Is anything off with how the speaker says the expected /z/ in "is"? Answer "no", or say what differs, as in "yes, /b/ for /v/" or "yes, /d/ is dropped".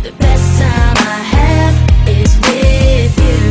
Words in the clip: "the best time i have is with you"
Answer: no